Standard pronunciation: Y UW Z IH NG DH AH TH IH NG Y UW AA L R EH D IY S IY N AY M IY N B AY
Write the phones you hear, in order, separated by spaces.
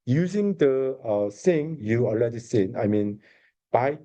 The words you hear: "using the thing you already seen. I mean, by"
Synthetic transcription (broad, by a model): Y UW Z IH NG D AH S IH NG Y UW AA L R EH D IY S IY N AY M IY N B AY